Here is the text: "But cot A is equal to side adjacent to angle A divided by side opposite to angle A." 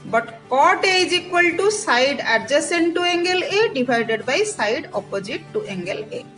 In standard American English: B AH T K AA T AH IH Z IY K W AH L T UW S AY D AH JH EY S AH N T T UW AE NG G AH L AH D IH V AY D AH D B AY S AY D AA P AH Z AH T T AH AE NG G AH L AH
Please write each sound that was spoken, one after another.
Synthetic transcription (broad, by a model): B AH T K AA T AH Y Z IY K W AH L T UW S AY D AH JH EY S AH N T T UW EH NG G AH L AH D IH B AY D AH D B AY S AY D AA P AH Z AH T T AH NG G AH L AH